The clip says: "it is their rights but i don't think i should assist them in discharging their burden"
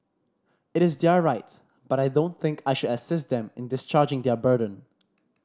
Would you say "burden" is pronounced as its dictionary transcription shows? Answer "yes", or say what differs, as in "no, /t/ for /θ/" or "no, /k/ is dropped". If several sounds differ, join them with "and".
yes